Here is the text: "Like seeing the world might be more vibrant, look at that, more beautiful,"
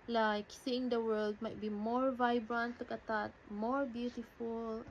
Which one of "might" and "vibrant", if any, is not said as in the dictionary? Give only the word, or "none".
none